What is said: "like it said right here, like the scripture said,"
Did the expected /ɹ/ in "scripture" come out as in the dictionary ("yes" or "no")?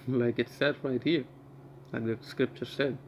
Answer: yes